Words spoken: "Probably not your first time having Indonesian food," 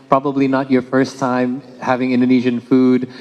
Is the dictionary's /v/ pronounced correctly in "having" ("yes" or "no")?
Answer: yes